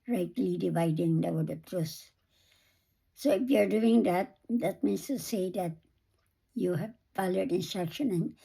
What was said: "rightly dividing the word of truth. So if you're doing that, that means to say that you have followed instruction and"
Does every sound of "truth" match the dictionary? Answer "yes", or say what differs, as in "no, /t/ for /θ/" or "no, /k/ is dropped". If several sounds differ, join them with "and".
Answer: no, /s/ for /θ/